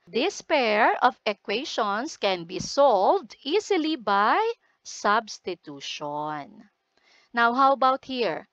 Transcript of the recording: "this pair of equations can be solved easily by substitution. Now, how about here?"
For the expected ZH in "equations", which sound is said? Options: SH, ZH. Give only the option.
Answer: SH